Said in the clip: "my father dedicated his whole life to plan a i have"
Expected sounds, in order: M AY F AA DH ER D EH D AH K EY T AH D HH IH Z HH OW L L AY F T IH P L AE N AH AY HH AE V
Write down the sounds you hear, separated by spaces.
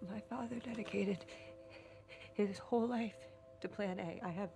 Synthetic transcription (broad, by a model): M AY F AA DH ER D EH D AH K EY T AH D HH IH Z HH OW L L AY F T IH P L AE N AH AY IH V